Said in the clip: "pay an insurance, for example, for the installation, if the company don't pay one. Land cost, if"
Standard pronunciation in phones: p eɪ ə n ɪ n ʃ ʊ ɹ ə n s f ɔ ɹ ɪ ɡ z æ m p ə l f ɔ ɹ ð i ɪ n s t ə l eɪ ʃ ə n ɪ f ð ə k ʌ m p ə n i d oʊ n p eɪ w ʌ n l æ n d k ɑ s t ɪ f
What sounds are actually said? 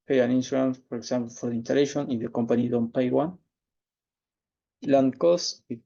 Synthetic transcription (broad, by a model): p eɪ ə n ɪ n s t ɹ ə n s f ɔ ɹ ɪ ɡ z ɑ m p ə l f ɔ ɹ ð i n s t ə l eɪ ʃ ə n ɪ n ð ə k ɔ m p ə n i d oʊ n p eɪ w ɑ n l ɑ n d k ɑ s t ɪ